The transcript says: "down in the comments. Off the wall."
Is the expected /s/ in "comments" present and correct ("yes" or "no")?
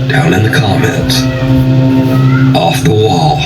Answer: no